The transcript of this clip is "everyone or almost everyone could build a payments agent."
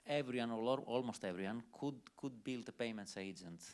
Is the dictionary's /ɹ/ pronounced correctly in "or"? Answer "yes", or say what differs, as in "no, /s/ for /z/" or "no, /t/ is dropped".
no, /l/ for /ɹ/